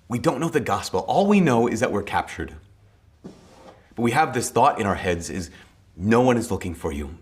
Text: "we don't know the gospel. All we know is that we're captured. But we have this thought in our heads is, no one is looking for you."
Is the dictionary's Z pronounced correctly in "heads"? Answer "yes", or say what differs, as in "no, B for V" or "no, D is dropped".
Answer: yes